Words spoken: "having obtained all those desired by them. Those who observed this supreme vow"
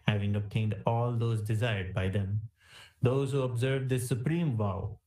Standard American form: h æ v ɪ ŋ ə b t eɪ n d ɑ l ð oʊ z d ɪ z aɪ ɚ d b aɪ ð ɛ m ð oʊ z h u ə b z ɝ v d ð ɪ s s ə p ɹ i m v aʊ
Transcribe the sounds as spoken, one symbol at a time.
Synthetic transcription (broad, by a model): h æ v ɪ ŋ ə b t eɪ n d ɑ l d oʊ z d ɪ z aɪ ɚ d b aɪ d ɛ m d oʊ z h u ə b z ɝ v d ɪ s s ə p ɹ i m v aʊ